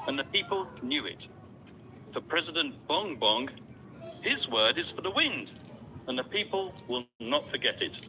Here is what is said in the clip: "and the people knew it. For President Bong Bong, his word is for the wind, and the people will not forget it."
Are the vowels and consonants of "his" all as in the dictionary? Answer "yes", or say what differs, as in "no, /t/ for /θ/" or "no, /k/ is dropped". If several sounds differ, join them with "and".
yes